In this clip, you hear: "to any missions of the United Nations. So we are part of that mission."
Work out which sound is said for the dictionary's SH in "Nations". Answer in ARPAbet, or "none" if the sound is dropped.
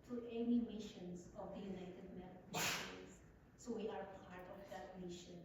none